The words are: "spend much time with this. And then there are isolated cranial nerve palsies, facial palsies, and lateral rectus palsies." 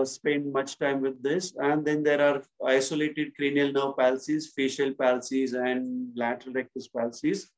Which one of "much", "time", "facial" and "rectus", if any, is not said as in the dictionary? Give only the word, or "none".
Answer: none